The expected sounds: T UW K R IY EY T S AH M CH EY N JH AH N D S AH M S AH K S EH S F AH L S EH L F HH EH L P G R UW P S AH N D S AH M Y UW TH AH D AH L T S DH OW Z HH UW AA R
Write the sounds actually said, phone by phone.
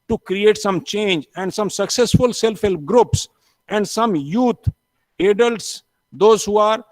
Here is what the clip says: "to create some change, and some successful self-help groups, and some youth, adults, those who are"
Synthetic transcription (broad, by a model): T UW K R IY EY T S AH M CH EY N JH AH N D S AH M S AH K S EH S F AH L S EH L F HH EH L P G R UW P S AH N D S AH M Y UW T AH D AH L T S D OW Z HH UW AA R